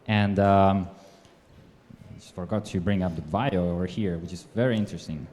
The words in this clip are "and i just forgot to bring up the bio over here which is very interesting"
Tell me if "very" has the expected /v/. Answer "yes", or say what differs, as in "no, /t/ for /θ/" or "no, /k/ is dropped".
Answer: yes